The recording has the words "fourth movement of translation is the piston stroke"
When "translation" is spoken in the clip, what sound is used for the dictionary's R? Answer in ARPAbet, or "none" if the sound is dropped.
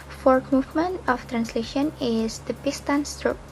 R